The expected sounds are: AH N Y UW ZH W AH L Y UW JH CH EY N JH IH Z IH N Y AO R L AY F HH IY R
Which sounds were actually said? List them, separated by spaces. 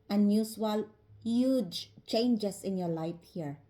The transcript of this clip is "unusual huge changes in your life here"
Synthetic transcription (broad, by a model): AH N Y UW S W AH L Y UW JH CH EY N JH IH S IH N Y AO R L AY F HH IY R